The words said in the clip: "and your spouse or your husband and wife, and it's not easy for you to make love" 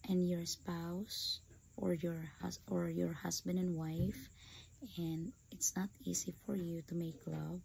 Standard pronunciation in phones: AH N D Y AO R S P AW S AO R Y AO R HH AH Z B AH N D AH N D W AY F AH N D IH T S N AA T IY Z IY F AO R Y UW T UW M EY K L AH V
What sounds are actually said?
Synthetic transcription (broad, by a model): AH N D Y AO R S P AW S AO R Y AO R HH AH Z B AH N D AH N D W AY F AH N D IH T S N AA T IY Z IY F AO R Y UW T UW M EY K L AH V